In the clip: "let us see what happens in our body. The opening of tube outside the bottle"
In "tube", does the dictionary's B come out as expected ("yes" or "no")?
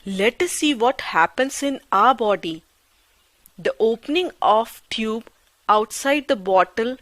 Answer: yes